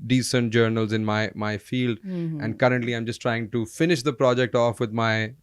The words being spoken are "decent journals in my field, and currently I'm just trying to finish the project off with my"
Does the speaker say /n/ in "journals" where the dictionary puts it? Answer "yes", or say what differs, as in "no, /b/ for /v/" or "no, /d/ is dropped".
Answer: yes